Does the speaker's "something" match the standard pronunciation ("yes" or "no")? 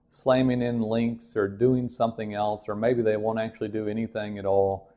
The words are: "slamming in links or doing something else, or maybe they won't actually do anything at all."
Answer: yes